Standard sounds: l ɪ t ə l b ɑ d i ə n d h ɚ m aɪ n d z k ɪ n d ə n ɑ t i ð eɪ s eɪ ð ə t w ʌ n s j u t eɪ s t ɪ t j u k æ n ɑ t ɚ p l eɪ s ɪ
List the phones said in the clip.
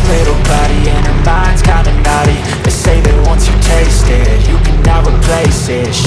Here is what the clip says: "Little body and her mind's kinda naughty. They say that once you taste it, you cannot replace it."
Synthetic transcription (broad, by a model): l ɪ t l b ɑ d i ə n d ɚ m aɪ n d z k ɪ n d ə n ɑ t i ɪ s eɪ ð ə t w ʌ n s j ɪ t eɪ s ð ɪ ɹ j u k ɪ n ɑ ɚ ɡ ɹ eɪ s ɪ